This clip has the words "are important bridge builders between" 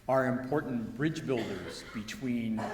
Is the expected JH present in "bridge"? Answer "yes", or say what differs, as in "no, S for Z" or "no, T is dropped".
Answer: yes